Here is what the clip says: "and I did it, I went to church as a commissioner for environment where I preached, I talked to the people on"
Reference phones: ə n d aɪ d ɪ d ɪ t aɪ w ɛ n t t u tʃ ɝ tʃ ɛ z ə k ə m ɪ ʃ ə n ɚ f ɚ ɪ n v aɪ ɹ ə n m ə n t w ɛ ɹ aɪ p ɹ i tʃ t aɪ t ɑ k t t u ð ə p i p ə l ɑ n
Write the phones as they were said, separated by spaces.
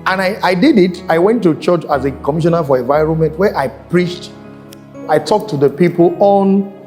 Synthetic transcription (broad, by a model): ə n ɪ aɪ d ɪ d ɪ t aɪ w ɛ n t t u tʃ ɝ tʃ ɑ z ə k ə m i ʃ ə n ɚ f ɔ ɪ n v aɪ ɹ ə n m ə n t w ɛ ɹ aɪ p ɹ i tʃ t aɪ t ɑ k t t u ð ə p i p ə l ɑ n